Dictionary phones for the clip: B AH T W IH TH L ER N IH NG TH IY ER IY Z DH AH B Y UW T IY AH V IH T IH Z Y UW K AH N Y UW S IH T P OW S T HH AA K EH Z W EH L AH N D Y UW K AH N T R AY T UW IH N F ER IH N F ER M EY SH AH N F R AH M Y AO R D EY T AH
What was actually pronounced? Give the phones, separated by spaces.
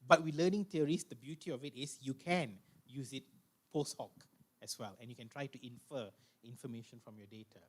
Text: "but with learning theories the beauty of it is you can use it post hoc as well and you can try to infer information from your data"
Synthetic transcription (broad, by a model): B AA T W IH L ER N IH NG T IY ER IY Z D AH B Y UW T IY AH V IH T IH S Y UW K AH N Y UW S IH T P OW S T HH AA K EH S W EH L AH N Y UW K AH N T R AY T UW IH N F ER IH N F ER M EY SH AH N F R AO M Y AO D EY T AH